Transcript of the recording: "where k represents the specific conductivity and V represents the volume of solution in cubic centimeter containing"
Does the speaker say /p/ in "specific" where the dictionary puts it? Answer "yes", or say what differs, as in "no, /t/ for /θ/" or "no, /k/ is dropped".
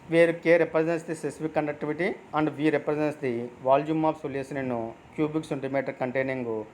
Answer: no, /p/ is dropped